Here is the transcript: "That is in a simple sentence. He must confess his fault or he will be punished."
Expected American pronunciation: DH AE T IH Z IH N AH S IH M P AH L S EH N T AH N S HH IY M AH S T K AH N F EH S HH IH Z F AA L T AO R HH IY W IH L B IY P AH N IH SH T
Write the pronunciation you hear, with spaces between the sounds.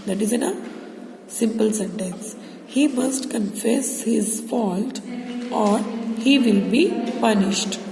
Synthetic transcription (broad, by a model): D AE T IH Z IH N AH S IH M P AH L S EH N T AH N S HH IY M AH S T K AH N F EH S HH IH Z F AA L T AO R HH IY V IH L B IY P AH N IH SH T